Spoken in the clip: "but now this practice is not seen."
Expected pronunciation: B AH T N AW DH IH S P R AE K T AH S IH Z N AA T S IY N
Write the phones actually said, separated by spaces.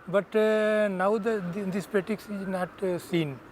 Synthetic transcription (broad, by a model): B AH T N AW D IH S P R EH T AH S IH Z N AA T S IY N